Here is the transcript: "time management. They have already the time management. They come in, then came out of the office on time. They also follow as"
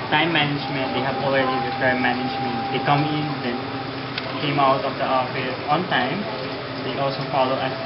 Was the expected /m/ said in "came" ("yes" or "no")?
yes